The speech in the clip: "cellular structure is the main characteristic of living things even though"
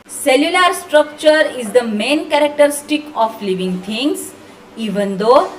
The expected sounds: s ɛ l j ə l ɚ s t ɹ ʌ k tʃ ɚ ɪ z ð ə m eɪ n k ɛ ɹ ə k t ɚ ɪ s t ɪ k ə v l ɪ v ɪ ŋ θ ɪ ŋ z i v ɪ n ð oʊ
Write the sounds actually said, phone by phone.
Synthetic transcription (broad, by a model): s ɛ l j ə l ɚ s t ɹ ʌ k tʃ ɚ ɪ z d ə m eɪ n k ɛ ɹ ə k t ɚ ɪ s t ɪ k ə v l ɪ v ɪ ŋ t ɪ ŋ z i v ɪ n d oʊ